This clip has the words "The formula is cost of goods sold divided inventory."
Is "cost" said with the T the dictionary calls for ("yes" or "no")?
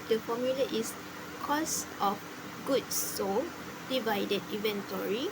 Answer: yes